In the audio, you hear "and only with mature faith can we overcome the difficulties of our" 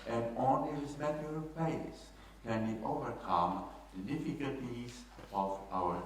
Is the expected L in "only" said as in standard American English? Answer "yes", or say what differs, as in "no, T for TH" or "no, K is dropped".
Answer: no, L is dropped